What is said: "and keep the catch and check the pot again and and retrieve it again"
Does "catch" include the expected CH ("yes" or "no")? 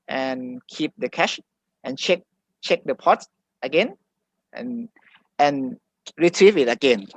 no